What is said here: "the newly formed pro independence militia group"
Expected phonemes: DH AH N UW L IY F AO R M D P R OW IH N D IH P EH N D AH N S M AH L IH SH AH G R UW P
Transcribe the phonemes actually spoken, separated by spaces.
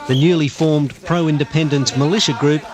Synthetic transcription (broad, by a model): DH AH N UW L IY F AO R M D P R OW IH N D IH P EH N D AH N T M AH L IH SH AH G R UW P